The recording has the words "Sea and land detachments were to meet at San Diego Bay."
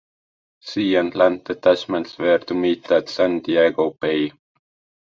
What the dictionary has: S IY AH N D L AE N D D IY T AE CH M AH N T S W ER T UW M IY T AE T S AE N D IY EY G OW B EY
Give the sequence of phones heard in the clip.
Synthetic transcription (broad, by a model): S IY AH N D L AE N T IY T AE S M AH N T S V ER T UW M IY T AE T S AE N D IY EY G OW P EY